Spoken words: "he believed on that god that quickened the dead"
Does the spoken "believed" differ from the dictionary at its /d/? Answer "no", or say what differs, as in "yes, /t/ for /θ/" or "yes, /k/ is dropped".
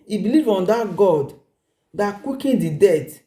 yes, /d/ is dropped